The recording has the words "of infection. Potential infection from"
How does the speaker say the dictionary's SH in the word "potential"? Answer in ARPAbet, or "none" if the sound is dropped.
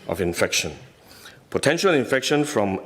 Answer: SH